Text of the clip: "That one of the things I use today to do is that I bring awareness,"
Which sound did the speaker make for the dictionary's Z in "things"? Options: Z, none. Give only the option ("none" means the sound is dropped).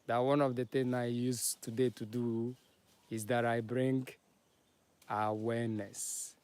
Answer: none